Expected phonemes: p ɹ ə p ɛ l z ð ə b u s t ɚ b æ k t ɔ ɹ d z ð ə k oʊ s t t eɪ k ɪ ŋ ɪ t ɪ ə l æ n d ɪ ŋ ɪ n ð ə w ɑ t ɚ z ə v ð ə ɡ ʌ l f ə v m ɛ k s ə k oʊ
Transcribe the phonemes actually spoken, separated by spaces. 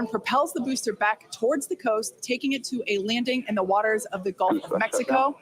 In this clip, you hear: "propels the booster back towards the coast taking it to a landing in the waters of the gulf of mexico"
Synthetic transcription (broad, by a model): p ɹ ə p ɛ l z ð ə b u s t ɚ b æ k t ɔ ɹ d z ð ə k oʊ s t t eɪ k ɪ ŋ ɪ t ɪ ə l æ n d ɪ ŋ ɪ n ð ə w ɑ t ɚ z ə v ð ə ɡ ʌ l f ə v m ɛ k s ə k oʊ